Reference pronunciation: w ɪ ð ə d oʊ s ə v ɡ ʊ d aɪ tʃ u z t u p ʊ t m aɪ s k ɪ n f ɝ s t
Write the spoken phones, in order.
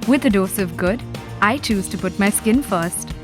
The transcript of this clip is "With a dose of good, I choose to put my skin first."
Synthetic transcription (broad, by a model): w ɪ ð ə d oʊ s ə v ɡ ʊ d aɪ tʃ u z t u p ʊ t m aɪ s k ɪ n f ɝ s t